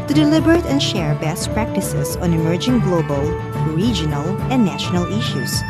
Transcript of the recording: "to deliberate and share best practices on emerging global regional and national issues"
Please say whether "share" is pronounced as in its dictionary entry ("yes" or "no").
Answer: yes